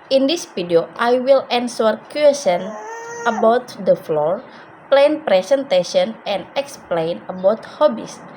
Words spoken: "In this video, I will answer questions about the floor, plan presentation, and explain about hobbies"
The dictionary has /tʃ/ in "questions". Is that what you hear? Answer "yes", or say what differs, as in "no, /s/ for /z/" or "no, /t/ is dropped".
no, /tʃ/ is dropped